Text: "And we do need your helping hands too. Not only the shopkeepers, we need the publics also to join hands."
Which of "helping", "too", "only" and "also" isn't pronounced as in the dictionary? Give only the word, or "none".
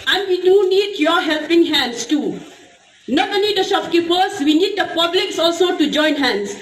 only